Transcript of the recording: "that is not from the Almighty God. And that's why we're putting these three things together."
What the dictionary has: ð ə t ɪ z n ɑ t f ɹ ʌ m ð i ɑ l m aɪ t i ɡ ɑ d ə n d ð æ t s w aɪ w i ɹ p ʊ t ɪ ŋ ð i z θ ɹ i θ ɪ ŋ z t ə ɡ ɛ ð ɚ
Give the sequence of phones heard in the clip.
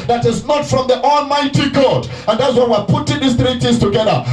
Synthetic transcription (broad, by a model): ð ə t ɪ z n ɑ t f ɹ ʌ m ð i ɑ l m aɪ t i ɡ ɑ d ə n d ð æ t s w aɪ w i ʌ p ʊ t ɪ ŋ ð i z θ ɹ i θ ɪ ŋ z t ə ɡ ɛ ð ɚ